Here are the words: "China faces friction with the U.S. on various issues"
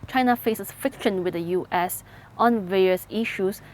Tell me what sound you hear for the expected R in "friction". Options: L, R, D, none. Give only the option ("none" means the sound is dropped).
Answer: none